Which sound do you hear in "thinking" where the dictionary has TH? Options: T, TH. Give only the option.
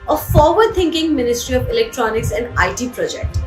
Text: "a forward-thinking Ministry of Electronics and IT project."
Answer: T